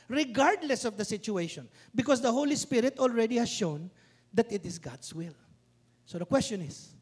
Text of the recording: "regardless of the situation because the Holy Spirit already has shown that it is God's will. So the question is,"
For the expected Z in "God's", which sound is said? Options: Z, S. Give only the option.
S